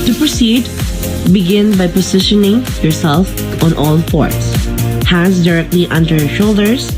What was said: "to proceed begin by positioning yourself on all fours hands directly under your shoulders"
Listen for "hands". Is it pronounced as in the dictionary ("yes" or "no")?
no